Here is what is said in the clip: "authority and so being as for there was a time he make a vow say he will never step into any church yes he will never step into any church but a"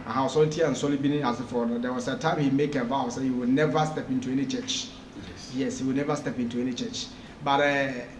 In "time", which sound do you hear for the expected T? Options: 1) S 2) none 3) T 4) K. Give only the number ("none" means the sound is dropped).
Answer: 3